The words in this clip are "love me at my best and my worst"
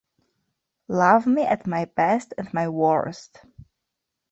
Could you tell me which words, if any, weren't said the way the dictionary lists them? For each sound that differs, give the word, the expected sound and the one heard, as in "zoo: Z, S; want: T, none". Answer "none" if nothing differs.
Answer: none